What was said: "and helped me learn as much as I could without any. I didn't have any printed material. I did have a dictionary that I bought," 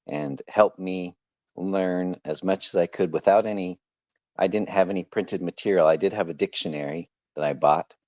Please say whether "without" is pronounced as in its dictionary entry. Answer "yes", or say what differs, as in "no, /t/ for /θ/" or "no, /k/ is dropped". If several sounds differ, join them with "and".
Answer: yes